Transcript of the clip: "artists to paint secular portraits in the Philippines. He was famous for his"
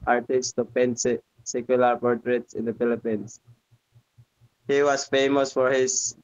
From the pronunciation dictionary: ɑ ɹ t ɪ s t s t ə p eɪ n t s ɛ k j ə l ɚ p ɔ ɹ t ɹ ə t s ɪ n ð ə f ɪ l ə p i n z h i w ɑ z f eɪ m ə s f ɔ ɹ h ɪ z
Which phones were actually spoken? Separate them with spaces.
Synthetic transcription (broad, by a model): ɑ ɹ t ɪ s s t ə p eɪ n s s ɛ k j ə l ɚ p ɔ ɹ t ɹ ə t s ɪ n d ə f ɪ l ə p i n s h i w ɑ s f eɪ m ə s f ɔ ɹ h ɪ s